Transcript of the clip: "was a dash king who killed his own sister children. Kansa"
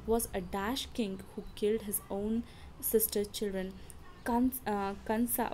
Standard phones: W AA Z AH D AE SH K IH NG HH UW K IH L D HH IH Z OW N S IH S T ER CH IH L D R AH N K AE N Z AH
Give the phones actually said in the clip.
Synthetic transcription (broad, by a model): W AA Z AH D AE SH K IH NG HH UW K IH L D HH IH Z OW N S IH S T ER CH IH L D R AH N K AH N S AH